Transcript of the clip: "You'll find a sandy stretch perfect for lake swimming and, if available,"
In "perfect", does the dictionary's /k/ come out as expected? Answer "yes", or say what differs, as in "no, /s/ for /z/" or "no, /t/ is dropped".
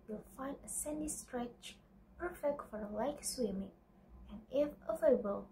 yes